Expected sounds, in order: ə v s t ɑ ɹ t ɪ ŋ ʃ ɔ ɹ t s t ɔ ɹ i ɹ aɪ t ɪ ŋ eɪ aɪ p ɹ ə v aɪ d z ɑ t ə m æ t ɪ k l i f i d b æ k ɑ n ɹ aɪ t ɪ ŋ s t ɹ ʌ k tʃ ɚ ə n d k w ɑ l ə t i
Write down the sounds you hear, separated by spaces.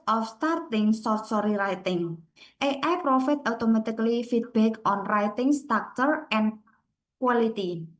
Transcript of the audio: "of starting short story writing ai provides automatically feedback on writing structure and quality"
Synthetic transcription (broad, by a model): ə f s t ɑ ɹ t ɪ ŋ s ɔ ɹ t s ɔ ɹ i ɹ aɪ t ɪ ŋ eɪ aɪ p ɹ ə f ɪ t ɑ t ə m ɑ t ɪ k l i f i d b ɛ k ɑ n ɹ aɪ t ɪ ŋ s t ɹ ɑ k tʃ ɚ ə n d k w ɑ l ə t i